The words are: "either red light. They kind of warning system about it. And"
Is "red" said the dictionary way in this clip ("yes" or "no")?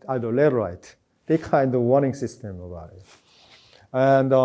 no